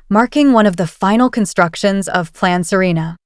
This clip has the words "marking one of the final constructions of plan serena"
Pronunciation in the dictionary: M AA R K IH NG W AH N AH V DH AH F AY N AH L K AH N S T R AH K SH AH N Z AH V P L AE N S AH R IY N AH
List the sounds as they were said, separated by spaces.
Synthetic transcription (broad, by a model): M AA R K IH NG W AH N AH V DH AH F AY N L K AH N S T R AH K SH AH N Z AH V P L AE N S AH R IY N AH